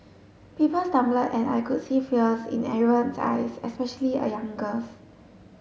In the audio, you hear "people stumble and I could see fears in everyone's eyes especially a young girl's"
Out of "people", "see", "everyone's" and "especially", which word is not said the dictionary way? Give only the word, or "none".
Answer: everyone's